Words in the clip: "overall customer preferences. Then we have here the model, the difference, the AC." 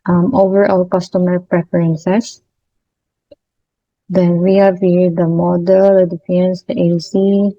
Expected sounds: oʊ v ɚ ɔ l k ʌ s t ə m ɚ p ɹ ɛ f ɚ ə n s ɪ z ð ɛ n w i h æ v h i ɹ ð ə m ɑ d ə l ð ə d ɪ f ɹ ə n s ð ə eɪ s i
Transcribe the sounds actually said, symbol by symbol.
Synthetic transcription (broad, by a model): oʊ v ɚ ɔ l k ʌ s t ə m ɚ p ɹ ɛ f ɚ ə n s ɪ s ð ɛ n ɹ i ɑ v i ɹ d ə m ɑ d ə l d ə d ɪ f ə n s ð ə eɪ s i